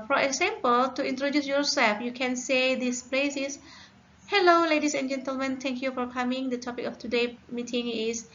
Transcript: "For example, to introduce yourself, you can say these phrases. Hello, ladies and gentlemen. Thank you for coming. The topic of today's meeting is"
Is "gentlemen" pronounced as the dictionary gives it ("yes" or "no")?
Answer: yes